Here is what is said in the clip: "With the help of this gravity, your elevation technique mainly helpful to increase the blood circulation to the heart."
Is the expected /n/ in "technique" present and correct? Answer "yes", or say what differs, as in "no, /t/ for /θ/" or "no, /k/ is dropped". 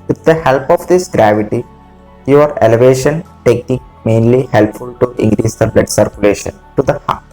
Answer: no, /n/ is dropped